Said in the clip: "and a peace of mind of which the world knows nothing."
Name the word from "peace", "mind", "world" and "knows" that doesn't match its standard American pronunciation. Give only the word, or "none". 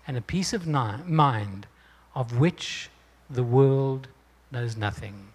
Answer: none